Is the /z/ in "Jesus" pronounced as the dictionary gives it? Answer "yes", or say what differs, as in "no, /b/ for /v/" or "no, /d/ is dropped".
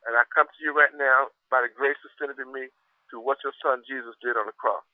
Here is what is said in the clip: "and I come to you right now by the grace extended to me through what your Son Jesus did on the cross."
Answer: yes